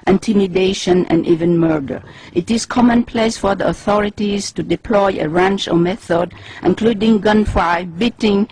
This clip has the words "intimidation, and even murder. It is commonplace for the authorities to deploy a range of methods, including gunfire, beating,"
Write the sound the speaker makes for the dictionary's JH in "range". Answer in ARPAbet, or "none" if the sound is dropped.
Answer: CH